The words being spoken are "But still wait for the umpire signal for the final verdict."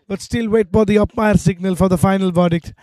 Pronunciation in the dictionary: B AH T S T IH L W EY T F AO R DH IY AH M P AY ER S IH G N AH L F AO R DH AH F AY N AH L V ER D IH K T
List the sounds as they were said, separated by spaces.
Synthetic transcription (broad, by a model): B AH T S T IH L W EY T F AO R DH IY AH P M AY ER S IH G N AH L F AO R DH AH F AY N AH L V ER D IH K T